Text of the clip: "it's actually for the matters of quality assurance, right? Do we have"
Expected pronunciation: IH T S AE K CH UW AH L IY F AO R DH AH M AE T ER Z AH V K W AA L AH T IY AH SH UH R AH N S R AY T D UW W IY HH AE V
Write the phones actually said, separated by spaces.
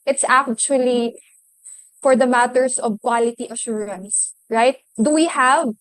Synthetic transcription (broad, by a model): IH T S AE K CH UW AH L IY F AO R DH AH M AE T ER S AH V K W AA L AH T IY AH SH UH R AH N S R AY T D UW W IY HH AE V